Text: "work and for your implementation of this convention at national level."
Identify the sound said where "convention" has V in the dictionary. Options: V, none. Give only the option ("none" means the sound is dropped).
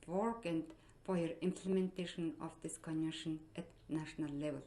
none